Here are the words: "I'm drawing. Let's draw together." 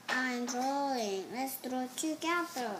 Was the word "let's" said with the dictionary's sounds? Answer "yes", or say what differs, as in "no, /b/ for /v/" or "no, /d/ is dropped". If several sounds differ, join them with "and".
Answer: yes